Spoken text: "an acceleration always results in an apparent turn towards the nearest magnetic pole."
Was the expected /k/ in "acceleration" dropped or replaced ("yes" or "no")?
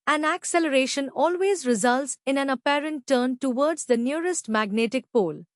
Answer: no